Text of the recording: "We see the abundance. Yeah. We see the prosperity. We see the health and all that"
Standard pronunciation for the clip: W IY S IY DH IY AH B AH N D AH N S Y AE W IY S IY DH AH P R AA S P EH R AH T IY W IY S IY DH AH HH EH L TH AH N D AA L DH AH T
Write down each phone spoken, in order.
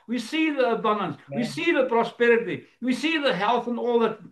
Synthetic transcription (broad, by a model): W IY S IY DH IY AH B AH N D AH N S W IY S IY DH AH P R AA S P EH R AH T IY W IY S IY DH AH HH EH L TH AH N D AA L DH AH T